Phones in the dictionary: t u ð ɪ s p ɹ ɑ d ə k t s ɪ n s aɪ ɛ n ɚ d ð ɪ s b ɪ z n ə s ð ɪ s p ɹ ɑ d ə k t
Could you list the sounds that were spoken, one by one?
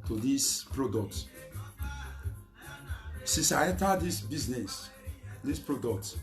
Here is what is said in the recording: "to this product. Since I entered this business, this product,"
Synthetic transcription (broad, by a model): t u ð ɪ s p ɹ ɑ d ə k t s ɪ s aɪ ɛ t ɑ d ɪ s b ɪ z n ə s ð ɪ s p ɹ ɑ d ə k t